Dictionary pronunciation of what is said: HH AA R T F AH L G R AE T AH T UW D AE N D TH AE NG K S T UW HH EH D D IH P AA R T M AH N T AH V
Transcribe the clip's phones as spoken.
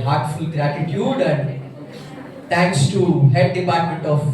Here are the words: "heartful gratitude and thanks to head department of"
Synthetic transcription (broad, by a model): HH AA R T F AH L G R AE T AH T UW D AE N D T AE NG K S T UW HH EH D D IH P AA R T M AH N T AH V